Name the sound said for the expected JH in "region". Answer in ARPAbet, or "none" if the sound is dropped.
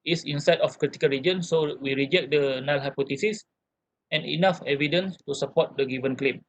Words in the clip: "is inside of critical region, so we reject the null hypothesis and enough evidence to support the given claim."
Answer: JH